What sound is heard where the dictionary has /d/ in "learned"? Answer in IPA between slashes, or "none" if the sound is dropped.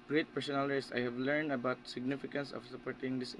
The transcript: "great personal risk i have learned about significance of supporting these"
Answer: /d/